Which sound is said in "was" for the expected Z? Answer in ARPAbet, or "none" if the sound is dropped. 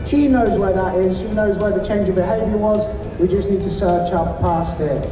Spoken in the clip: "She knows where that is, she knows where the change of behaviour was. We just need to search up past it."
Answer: Z